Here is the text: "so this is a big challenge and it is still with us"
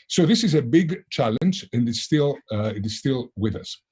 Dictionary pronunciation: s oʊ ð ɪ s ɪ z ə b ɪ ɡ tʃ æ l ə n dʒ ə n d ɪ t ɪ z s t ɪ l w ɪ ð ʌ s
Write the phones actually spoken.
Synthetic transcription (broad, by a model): s oʊ ð ɪ s ɪ z ə b ɪ ɡ tʃ æ l ə n dʒ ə n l ɪ t ɪ z s t ɪ l w ɪ ð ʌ s